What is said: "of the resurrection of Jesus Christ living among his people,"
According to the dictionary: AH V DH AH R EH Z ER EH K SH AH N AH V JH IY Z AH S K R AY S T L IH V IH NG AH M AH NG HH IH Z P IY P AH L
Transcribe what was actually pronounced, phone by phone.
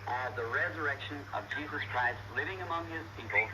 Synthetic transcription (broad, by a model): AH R DH AH R EH Z ER EH K SH AH N AH V JH IY Z AH S K R AY S T L IH V IH NG AH M AH NG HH IH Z P IY P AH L